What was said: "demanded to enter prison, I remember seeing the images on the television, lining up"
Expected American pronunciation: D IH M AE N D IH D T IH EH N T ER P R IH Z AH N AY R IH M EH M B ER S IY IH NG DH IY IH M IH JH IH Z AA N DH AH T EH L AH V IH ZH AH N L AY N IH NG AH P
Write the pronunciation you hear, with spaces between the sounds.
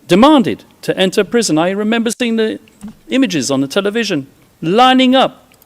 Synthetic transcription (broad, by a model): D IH M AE N D IH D T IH EH N T ER P R IH Z AH N AY R IH M EH M B ER S IY IH NG DH IY IH M IH JH IH Z N DH AH T EH L AH V IH ZH AH N L AY N IH NG AH P